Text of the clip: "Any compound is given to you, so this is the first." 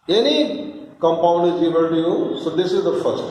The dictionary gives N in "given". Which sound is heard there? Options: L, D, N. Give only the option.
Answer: L